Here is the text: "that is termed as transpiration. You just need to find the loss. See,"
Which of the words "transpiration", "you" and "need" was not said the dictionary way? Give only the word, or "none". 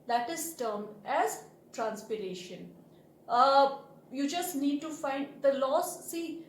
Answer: none